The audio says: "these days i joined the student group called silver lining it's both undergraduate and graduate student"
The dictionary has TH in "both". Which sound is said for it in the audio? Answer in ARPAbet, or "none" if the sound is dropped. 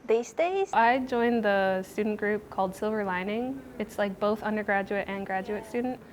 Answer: TH